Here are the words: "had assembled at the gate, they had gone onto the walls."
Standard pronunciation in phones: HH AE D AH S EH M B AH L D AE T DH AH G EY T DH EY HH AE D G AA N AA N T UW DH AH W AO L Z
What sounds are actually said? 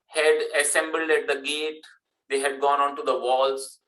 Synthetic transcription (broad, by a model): HH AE D AH S EH M B AH L D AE T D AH G EY T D EY HH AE D G AA N AA N T UW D AH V AO L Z